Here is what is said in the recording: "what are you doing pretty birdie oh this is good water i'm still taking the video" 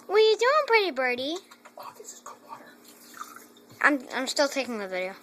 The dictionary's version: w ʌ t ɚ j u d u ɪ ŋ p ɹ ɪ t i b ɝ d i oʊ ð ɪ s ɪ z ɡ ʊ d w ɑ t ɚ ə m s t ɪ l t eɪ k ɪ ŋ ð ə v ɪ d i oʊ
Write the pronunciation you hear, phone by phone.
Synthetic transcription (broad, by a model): w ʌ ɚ j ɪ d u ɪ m p ɹ ɪ t i b ɝ d i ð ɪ ɪ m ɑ ə m s t ɪ l t eɪ k ɪ ŋ ð ə v ɪ d i oʊ